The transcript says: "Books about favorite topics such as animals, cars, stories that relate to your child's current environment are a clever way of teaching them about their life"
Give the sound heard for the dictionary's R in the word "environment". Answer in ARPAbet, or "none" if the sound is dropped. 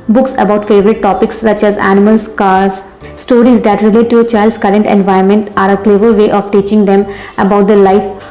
none